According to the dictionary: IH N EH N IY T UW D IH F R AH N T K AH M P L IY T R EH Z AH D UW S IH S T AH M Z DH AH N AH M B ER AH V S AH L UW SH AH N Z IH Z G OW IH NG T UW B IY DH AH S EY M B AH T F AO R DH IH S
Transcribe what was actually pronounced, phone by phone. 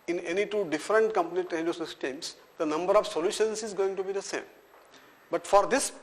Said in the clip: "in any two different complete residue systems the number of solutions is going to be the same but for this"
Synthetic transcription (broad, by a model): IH N EH N IY T UW D IH F R AH N T K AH M P N IY T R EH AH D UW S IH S T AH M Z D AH N AH M B ER AH V S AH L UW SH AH N S IH Z G OW IH NG T UW B IY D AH S EY M B AH T F AO R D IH S